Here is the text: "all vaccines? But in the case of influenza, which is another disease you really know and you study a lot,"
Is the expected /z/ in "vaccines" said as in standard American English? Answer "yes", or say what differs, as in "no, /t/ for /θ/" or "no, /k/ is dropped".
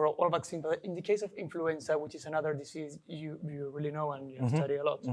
no, /z/ is dropped